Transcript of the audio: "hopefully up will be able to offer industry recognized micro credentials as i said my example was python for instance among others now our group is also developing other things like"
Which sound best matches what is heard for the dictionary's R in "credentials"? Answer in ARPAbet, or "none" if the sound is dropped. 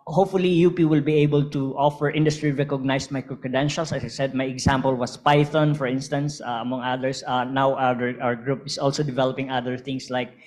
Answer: none